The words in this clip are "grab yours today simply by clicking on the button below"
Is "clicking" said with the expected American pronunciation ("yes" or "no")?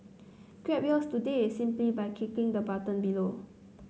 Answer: no